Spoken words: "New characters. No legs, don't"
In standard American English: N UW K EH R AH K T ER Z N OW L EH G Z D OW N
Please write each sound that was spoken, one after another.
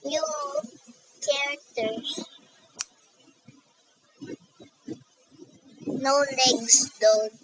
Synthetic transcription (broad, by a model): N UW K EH R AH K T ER S N OW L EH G S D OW